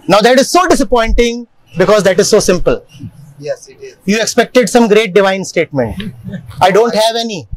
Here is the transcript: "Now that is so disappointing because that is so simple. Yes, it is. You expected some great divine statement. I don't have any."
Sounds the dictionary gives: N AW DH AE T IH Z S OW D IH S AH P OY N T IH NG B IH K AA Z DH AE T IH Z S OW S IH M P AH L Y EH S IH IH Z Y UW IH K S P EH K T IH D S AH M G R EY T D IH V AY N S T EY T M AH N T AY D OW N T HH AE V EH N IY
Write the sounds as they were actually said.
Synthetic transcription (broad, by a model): N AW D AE T IH Z S OW D IH S AH P OY N T IH NG B IH K AA Z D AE T IH Z S OW S IH M P AH L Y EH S Y UW IH K S P EH K T IH D S AH M G R EY T D IH V AY N S T EY T M AH N T AY D OW N T HH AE V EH N IY